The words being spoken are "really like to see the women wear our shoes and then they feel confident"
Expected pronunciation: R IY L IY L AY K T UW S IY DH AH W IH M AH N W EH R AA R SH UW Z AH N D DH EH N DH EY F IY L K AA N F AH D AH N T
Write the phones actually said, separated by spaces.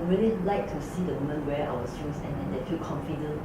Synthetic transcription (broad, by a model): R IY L IY L AY K T UW S IY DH AH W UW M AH N W EH W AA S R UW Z AH N D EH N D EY F IY L K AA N F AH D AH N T